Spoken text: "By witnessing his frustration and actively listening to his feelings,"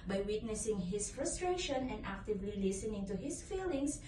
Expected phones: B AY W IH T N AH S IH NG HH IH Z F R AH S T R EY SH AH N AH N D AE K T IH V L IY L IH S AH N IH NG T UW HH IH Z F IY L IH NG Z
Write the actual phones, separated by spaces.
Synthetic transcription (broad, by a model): B AY W IH T N AH S IH NG HH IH S F R AH S T R EY SH AH N AH N D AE K T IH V L IY L IH S AH N IH NG T UW HH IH S F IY L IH NG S